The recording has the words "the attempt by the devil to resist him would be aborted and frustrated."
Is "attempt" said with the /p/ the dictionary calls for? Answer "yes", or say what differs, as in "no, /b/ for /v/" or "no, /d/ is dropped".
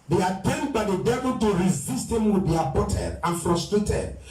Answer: no, /p/ is dropped